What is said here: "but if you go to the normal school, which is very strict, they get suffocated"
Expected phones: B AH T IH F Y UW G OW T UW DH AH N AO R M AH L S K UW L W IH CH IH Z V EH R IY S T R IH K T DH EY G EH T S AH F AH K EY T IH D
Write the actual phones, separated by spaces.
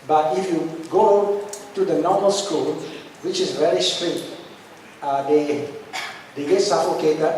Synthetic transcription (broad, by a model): B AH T IH F Y UW G OW T UW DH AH N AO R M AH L S K UW L W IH CH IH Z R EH L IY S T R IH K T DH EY G EH T S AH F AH K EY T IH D